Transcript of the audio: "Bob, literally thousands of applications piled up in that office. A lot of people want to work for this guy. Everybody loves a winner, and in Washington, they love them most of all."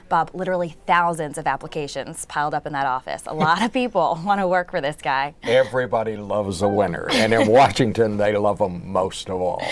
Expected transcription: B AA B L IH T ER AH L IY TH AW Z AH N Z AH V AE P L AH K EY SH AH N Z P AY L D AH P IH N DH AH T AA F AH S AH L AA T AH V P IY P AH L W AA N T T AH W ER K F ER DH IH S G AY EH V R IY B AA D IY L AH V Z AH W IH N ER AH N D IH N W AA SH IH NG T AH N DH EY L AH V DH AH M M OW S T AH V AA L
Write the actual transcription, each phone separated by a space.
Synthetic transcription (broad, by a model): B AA B L IH T ER L IY TH AW Z AH N Z AH V AE P L AH K EY SH AH N Z P AY L D AH P IH N DH AH T AA F AH S AH L AA T AH V P IY P L W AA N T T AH W ER K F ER DH IH S G AY EH V R IY B AA D IY L AH V Z AH W IH N ER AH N IH N W AA SH IH NG T AH N DH EY L AH V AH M M OW S T AH V AA L